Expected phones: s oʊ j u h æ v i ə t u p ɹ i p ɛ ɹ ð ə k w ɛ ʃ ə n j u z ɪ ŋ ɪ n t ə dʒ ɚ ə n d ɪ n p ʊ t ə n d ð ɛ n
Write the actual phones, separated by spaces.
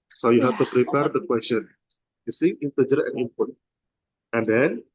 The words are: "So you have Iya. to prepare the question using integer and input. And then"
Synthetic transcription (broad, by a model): s oʊ j u h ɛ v t u p ɹ i p ɛ ɹ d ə k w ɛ s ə n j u s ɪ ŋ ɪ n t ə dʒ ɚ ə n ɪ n p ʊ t ə n d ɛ n